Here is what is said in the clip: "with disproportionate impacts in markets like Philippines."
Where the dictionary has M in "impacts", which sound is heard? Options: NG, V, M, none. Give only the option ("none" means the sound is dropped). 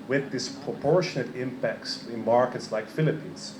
M